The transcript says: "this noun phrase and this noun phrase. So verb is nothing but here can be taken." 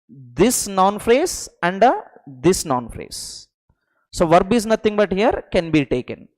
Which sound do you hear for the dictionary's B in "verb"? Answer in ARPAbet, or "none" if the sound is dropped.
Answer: B